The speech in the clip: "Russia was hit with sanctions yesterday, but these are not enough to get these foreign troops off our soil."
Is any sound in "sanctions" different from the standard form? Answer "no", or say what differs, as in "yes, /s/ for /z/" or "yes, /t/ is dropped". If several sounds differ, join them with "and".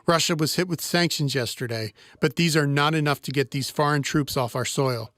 no